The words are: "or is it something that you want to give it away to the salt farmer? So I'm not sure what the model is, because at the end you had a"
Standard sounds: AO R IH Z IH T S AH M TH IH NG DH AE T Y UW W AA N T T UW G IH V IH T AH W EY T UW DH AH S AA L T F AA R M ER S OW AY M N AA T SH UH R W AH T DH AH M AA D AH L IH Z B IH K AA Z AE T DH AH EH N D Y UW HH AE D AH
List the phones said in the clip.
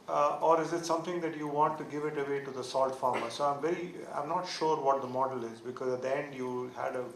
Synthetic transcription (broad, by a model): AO R IH Z IH T S AH M T IH NG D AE T Y UW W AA N T T UW G IH V IH T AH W EY T UW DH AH S AA L T F AA R M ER S OW AY M N AA T SH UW R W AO T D AH M AA D AH L IH Z B IH K AA Z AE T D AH EH N D Y UW HH AE D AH